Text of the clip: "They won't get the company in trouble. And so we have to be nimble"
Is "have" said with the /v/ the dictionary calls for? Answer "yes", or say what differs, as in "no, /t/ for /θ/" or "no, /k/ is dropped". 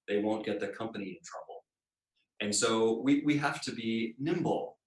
no, /f/ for /v/